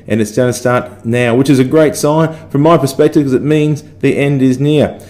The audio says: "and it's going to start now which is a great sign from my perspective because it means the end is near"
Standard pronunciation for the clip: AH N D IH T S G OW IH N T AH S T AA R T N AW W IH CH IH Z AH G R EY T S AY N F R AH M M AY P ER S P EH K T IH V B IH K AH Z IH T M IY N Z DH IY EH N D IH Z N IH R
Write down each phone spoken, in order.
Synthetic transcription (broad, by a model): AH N IH T S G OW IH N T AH S T AA R T N AW W IH CH IH Z AH G R EY T S AY N F R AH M M AY P ER S P EH K T IH V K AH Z IH T M IY N Z DH IY EH N D IH Z N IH R